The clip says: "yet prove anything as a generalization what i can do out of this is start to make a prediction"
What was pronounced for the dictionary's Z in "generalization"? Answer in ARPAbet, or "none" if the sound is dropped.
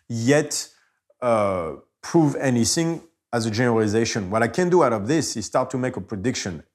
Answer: Z